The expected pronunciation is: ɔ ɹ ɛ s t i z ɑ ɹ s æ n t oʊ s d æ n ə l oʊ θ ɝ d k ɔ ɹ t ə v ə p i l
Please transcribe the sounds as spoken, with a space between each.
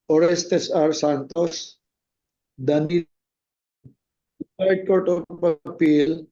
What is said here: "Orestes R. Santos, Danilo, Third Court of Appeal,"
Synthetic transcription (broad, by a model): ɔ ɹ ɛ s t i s ɑ ɹ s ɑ n t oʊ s d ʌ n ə u s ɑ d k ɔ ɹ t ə p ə p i l